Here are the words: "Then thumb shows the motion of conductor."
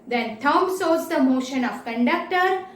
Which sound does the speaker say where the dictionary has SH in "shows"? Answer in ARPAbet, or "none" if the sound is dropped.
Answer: S